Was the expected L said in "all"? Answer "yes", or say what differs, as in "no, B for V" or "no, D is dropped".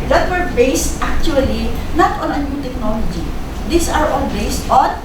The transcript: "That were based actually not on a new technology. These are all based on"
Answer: no, N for L